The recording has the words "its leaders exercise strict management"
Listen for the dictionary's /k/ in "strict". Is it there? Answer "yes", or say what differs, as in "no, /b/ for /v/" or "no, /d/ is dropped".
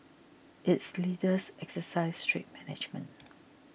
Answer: no, /k/ is dropped